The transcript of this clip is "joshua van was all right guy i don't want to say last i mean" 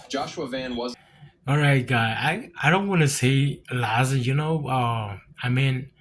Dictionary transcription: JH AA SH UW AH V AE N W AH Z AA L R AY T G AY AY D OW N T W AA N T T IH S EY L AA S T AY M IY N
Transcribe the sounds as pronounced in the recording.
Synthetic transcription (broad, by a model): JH AA SH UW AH V AE N W AH Z AA L R AY T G AY AY D OW N T W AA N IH S EY L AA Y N AY M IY N